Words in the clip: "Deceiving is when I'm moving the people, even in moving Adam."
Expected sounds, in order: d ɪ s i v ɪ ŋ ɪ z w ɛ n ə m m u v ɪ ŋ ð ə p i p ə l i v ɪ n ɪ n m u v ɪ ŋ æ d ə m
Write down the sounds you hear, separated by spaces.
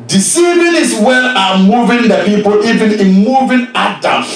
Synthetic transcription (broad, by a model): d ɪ s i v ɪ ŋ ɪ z w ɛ l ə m m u v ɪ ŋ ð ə p i p ə l i v ɪ n ɪ n m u v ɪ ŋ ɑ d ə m